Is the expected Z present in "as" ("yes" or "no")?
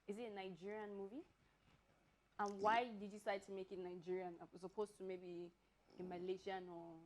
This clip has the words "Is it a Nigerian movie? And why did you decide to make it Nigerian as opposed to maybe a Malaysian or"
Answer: no